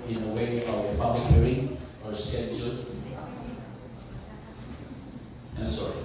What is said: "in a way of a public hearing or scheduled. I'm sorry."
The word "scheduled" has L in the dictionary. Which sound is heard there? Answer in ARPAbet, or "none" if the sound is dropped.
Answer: none